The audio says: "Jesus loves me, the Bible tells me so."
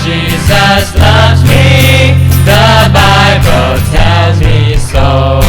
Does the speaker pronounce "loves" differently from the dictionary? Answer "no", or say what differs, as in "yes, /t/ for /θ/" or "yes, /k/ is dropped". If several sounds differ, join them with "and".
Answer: no